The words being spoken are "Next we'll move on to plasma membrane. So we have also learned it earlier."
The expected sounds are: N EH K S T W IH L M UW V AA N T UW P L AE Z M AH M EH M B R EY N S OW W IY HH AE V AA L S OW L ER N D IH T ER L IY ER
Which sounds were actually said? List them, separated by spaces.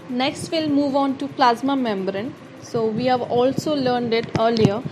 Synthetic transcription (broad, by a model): N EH K S T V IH L M UW V AA N T UW P L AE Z M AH M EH M B R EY N S OW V IY HH AE V AA L S OW L ER N D IH T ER L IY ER